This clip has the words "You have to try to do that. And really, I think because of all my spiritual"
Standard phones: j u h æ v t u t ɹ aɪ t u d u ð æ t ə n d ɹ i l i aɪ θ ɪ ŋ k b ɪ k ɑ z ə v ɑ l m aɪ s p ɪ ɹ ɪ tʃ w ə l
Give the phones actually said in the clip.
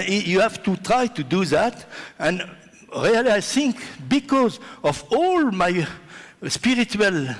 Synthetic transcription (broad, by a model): j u h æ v t u t ɹ aɪ t u d u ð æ t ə n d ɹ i l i aɪ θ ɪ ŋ k b ɪ k ɑ z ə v ɑ l m aɪ s p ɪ ɹ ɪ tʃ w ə l